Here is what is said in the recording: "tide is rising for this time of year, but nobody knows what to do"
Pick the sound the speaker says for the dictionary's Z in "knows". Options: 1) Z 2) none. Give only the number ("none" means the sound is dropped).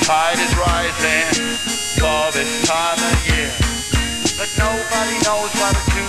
1